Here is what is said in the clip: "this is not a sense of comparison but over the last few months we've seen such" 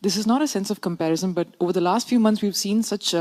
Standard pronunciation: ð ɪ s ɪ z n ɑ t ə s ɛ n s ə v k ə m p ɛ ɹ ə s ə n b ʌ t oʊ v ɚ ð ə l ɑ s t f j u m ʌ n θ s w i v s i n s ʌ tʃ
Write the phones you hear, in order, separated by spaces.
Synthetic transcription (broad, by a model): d ɪ s ɪ z n ɑ t ə s ɛ n s ə v k ə m p ɛ ɹ ə s ə n b ʌ t oʊ v ɚ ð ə l ɑ s t f j u m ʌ n t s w i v s i n s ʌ tʃ